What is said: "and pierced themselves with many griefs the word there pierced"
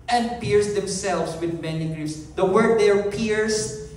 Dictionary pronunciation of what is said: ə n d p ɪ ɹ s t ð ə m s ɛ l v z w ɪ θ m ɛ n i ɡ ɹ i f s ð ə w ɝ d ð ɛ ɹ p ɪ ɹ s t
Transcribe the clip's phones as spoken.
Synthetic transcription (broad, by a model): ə n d p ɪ ɹ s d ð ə m s ɛ l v s w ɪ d m ɛ n i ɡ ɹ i s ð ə w ɝ d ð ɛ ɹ p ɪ ɹ s